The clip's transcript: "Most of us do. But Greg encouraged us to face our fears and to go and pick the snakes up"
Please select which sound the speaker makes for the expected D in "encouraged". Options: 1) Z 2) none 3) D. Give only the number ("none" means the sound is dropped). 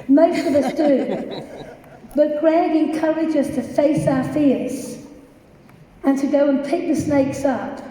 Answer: 2